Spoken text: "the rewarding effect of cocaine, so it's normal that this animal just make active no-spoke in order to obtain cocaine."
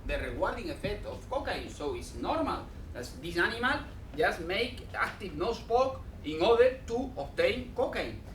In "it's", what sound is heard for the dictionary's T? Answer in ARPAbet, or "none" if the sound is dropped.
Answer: T